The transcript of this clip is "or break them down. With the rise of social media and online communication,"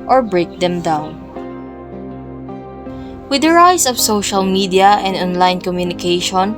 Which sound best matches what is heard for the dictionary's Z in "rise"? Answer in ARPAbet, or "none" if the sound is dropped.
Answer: S